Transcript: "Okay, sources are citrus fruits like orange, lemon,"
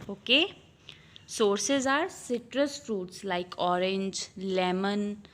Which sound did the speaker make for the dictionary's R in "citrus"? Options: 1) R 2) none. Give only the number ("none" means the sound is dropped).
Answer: 1